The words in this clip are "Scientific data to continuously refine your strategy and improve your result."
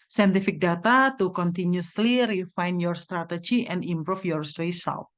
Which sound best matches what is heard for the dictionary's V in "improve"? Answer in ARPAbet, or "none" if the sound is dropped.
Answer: F